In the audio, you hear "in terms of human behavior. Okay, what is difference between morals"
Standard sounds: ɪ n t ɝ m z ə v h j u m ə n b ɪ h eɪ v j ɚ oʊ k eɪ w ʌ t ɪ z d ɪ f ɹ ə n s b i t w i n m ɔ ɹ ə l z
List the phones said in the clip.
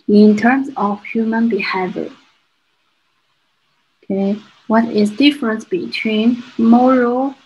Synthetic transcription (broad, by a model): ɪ n t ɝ m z ə v h j u m ə n b ɪ h eɪ v j ɚ oʊ k eɪ w ʌ t ɪ z d ɪ f ɹ ə n s b i t w i n m ɔ ɹ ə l